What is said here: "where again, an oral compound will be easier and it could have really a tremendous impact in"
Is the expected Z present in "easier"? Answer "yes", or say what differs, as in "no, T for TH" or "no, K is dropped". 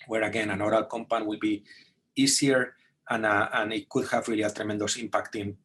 no, S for Z